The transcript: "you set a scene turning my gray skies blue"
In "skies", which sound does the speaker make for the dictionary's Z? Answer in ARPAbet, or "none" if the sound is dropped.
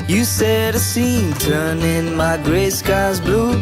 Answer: Z